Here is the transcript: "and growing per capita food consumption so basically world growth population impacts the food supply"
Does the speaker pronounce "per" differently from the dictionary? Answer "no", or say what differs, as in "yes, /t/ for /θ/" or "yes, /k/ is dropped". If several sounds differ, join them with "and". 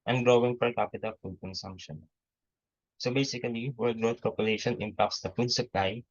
yes, /f/ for /p/